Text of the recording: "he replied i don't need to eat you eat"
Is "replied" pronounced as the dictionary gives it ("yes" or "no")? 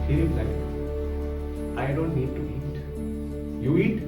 no